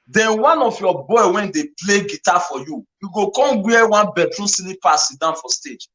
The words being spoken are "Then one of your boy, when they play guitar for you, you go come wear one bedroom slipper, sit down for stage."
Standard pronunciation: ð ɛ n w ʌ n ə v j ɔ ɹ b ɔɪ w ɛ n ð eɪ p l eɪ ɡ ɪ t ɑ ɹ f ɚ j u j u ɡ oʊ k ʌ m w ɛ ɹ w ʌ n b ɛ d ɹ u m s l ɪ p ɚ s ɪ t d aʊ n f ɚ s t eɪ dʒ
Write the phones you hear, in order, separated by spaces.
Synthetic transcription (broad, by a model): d ɛ n w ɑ n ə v j ɔ b ɔɪ w ɛ n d eɪ p l eɪ ɡ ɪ t ɑ f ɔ j u j u ɡ oʊ k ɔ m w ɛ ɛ w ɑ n b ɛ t ɹ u s n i p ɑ s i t d aʊ n f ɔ s t eɪ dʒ